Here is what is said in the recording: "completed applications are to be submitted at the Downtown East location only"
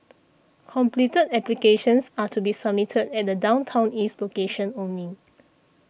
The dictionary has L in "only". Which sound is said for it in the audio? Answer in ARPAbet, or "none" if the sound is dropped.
none